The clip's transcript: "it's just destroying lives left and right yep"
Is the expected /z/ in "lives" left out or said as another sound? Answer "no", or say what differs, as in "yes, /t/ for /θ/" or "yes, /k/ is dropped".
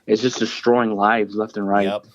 no